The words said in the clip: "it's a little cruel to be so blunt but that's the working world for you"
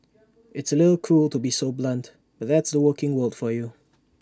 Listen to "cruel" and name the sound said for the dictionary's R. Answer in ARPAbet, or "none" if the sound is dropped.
none